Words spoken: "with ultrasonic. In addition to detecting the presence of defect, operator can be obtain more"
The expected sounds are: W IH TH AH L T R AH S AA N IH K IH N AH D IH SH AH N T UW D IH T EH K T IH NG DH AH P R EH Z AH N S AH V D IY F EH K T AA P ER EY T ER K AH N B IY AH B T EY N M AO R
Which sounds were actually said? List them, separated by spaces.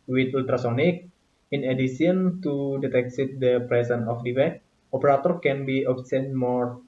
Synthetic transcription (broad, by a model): W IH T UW L T R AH S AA N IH K IH N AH D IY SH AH N T UW D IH T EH K S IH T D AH P R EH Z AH N AH F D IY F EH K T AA P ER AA T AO K AH N B IY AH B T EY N M AO R